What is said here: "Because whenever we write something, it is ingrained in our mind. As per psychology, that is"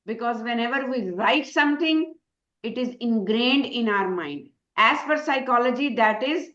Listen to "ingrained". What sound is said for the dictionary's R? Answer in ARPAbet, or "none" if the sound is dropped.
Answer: R